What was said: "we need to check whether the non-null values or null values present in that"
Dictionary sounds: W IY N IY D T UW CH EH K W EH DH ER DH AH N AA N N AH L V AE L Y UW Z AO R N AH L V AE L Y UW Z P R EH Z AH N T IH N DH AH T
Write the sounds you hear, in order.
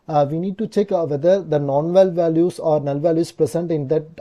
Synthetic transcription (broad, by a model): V IY N IY D T UW CH EH K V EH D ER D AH N AA N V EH L V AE L Y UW S AO R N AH L V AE L Y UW S P R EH S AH N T IH N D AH T